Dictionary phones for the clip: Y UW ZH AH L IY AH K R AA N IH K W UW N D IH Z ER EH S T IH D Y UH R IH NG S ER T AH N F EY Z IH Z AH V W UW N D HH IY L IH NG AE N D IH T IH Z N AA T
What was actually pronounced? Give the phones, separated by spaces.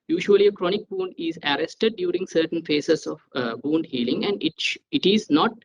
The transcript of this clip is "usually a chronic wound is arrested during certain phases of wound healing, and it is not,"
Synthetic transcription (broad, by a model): Y UW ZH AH L IY AH K R AA N IH K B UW N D IH Z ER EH S T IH D Y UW R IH NG S ER T AH N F EY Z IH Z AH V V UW N D HH IY L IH NG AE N D IH T IH Z N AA T